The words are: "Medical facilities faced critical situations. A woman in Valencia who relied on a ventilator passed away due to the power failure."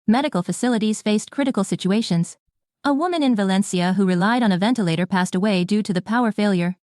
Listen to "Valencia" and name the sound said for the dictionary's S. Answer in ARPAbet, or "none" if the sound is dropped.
S